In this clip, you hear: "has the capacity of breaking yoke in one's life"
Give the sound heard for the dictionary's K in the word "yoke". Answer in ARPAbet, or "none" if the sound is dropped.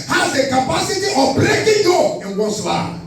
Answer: none